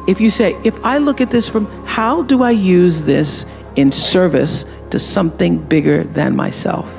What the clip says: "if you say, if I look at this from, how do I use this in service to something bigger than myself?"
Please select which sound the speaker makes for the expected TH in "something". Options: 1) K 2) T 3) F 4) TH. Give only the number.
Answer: 4